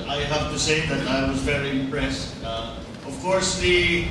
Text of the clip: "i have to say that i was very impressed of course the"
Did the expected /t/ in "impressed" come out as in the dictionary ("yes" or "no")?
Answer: yes